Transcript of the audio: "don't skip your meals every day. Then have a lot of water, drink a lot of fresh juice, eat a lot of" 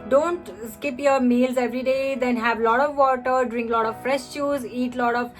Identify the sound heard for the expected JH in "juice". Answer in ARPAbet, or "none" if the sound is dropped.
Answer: CH